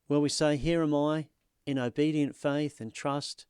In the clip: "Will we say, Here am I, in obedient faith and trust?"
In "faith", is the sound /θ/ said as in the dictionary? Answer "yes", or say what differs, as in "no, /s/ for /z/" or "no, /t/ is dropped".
yes